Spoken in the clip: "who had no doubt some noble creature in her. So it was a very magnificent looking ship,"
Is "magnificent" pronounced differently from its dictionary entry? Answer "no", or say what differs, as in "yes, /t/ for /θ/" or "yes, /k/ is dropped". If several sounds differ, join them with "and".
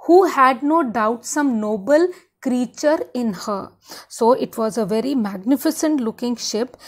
no